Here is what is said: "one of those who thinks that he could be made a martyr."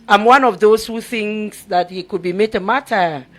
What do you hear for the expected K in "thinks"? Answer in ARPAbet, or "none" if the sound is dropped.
none